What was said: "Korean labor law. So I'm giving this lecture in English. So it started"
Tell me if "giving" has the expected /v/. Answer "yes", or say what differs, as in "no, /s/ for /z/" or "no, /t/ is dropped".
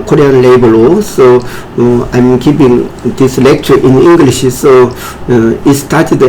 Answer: no, /p/ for /v/